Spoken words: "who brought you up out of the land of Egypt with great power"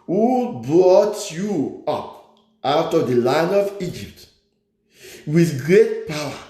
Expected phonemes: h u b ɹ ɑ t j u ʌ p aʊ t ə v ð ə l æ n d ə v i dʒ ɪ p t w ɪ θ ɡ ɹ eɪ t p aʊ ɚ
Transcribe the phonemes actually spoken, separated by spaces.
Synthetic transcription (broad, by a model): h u b ɹ ɑ t j u ʌ p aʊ t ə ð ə l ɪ n ə v i dʒ ɪ p t w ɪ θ ɡ ɹ eɪ t p aʊ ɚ